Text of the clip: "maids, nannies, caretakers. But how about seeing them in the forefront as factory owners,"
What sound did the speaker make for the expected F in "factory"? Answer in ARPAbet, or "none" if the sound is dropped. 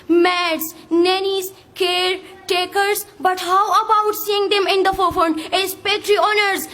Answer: P